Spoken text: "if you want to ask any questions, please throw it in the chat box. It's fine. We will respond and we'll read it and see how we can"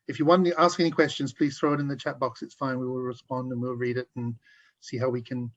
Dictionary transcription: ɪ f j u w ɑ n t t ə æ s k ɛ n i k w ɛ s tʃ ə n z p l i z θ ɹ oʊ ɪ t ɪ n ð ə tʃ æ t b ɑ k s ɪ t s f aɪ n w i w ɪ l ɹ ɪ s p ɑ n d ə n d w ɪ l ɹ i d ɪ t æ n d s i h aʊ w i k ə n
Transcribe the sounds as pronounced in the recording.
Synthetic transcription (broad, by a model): ɪ f j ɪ w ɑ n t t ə æ s k ɛ n i k w ɛ s tʃ ə n z p l i z θ ɹ oʊ ɪ t ɪ n ð ə tʃ æ t b ɑ k s ɪ t s f aɪ n w i w ɪ l ɹ ɪ s p ɑ n d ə n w w ɪ l ɹ i d ɪ t n s i h aʊ w i k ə n